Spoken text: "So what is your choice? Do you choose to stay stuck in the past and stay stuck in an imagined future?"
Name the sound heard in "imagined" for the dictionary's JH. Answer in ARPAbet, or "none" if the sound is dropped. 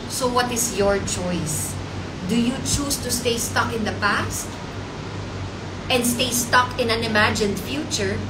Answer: JH